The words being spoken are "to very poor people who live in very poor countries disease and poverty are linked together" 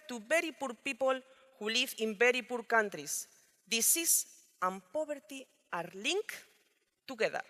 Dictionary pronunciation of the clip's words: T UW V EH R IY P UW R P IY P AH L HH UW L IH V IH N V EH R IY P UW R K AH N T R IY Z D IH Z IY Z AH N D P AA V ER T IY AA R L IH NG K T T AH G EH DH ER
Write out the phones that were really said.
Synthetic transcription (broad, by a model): T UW B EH R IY P UW R P IY P AH L HH UW L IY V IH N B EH R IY P UW R K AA N T R IY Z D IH S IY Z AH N P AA B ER T IY AA R L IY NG K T T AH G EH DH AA